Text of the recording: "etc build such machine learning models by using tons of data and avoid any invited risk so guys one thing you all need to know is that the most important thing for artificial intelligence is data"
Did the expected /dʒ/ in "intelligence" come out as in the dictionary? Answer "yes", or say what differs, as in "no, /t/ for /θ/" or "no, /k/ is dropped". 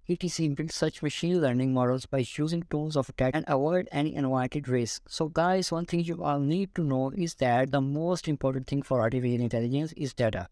yes